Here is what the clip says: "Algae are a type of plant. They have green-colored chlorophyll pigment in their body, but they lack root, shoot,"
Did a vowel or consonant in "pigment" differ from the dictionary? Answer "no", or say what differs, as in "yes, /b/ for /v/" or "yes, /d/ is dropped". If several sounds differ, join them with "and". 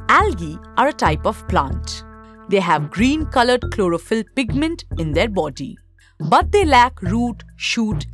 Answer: no